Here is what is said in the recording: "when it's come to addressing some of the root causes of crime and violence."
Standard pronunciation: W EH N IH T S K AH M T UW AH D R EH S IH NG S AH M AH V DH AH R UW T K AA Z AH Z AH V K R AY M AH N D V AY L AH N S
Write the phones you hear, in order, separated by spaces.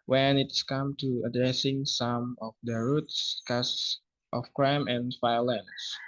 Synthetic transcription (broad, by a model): W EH N IH T S K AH M T UW AH D R EH S IH NG S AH M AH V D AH R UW T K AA S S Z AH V K R AY M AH N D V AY L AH N S